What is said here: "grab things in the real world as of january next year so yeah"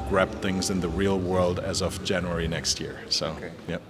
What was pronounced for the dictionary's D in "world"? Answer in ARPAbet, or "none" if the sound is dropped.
D